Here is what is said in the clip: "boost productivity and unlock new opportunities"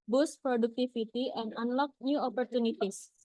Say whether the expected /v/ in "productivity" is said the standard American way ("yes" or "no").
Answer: no